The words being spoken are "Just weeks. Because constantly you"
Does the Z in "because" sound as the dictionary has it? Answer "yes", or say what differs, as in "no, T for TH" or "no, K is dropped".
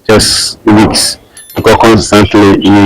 no, Z is dropped